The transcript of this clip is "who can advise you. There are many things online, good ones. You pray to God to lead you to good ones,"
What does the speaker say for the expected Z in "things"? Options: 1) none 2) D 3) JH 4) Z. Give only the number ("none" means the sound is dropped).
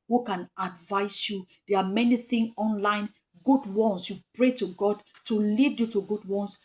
1